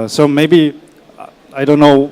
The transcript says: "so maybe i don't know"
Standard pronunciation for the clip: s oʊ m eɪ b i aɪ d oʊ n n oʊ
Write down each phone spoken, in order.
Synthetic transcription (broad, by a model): s oʊ m eɪ b i aɪ d oʊ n n oʊ